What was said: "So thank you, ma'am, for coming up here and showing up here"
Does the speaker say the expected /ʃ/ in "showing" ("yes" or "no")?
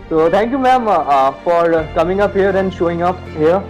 yes